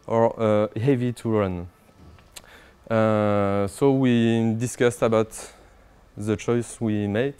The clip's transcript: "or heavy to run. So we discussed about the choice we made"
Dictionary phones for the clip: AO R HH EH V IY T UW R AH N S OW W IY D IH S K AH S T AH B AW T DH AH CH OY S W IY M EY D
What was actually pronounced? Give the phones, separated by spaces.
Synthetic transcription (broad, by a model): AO R HH EH V IY T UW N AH S OW W IY D IH S K AH S T AH B AW T DH AH CH OY S W IY M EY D